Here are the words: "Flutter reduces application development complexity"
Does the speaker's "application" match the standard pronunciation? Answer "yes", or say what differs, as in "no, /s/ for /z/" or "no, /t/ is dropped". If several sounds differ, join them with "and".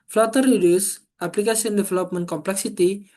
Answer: no, /s/ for /ʃ/